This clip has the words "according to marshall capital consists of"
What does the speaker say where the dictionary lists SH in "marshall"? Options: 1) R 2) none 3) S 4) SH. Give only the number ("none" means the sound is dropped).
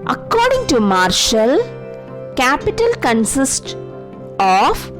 4